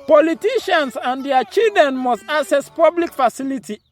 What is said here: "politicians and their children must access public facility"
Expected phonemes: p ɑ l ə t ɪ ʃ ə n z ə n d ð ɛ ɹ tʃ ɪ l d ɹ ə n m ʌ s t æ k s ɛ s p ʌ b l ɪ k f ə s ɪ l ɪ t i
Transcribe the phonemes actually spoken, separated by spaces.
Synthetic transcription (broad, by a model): p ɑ l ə t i ʃ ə n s ə n d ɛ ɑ tʃ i l d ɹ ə n m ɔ s t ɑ s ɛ s p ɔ b l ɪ k f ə s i l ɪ t i